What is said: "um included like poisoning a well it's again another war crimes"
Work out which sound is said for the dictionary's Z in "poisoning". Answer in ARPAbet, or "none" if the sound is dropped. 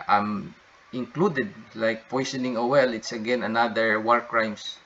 S